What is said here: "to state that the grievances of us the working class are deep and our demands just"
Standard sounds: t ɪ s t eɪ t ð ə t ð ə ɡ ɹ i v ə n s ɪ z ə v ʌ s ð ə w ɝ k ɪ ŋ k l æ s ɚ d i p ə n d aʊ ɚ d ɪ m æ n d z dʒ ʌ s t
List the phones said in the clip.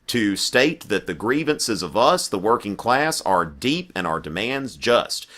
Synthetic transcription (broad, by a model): t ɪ s t eɪ t ð ə t ð ə ɡ ɹ i v ə n s ɪ z ə v ʌ s ð ə w ɝ k ɪ ŋ k l æ s ɚ d i p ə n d aʊ ɚ d ɪ m æ n d z dʒ ʌ s t